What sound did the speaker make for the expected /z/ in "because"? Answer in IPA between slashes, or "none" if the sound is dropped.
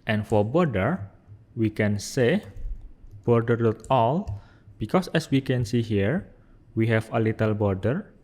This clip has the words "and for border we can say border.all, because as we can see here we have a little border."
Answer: /s/